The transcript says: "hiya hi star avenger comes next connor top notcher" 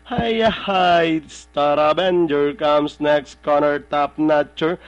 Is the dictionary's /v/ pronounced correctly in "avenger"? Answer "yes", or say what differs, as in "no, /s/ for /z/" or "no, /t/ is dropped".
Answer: no, /b/ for /v/